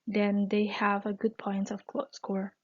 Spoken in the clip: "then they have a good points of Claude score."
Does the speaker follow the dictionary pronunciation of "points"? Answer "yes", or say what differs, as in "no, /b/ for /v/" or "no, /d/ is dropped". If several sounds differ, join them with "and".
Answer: no, /s/ is dropped